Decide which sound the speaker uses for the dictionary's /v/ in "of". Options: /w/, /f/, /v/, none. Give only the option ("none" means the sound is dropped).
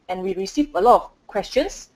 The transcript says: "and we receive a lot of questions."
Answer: /f/